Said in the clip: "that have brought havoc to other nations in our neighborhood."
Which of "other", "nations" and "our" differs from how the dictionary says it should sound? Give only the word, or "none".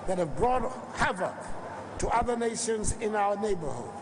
none